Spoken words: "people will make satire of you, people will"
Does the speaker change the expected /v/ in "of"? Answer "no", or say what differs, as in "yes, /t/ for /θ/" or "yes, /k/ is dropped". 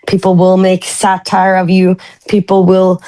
no